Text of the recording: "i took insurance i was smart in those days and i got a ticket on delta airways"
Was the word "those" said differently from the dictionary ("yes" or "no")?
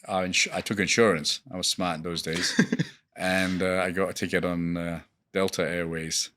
no